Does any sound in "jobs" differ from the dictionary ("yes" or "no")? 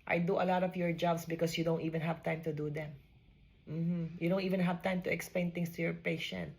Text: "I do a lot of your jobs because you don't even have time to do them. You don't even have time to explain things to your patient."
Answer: yes